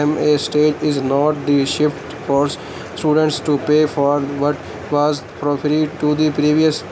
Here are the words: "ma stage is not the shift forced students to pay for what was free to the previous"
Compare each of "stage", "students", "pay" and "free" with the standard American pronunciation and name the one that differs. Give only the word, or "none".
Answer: free